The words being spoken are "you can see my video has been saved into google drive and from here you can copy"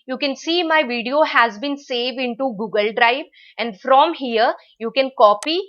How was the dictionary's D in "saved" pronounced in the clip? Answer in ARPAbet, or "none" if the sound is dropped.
D